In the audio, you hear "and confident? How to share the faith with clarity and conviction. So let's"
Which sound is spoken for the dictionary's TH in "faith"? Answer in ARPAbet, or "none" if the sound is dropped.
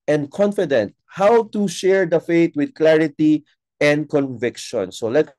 T